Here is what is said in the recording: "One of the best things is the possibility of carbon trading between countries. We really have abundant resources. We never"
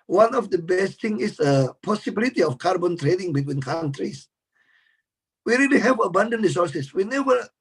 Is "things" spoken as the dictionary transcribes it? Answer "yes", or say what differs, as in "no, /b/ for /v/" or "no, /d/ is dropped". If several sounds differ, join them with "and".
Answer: no, /z/ is dropped